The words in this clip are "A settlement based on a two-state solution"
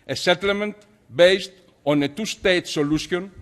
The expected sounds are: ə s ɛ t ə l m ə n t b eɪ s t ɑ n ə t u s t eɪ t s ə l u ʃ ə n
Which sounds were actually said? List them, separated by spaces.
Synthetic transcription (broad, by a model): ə s ɛ t ə l m ə n t b eɪ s t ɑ n ə t u s t eɪ t s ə l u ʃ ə n